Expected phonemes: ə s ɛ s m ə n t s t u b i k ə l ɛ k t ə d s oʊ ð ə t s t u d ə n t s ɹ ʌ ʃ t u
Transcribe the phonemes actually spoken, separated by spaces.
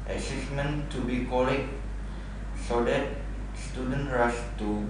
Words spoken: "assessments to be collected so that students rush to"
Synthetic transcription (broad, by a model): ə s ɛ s m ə n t t u b i k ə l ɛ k s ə d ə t s t u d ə n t ɹ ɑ s t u